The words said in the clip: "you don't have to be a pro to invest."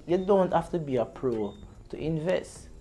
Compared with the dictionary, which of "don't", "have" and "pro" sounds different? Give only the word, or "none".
have